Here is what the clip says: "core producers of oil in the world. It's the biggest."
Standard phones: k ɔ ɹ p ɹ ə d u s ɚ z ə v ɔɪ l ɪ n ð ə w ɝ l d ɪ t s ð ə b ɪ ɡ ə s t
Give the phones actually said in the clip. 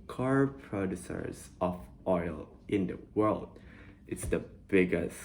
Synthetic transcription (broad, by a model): k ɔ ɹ p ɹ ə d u s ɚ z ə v ɔɪ l ɪ n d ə w ɝ l d ɪ t s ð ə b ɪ ɡ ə s